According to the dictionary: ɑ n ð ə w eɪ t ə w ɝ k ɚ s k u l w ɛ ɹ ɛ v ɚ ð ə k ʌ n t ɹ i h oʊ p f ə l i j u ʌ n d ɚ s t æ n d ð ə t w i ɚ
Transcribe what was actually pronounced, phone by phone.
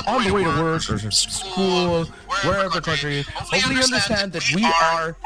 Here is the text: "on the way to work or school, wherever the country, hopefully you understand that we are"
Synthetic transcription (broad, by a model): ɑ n ð ə w eɪ t ə w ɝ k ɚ s k u l w ɛ ɹ ɛ v ɚ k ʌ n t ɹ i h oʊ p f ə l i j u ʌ n d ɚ s t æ n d ð ə t w i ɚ